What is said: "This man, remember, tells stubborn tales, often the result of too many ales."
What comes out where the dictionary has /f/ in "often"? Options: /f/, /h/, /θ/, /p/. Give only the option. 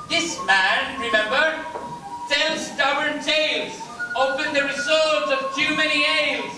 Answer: /p/